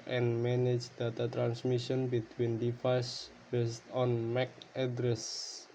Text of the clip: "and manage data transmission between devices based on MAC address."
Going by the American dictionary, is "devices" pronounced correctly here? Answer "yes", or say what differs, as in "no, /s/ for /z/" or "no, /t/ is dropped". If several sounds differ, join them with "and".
no, /f/ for /v/